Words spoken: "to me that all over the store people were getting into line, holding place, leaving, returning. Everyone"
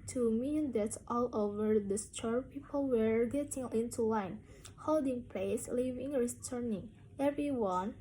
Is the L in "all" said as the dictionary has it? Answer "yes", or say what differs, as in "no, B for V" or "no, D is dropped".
yes